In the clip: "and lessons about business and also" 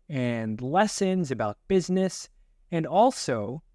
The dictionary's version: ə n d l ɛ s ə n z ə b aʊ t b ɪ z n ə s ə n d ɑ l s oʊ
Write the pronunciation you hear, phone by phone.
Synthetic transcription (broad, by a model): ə n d l ɛ s ə n z ə b aʊ t b ɪ z n ə s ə n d ɑ l s oʊ